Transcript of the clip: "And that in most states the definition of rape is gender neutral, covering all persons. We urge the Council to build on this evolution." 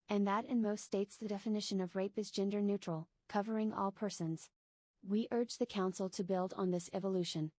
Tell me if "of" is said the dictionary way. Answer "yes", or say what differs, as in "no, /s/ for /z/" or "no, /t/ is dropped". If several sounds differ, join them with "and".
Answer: yes